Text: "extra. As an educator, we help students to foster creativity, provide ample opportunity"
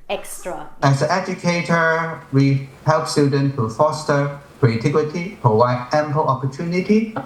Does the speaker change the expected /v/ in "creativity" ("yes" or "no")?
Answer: yes